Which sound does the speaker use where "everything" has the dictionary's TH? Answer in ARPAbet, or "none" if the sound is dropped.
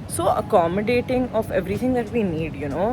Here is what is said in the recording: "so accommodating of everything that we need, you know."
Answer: T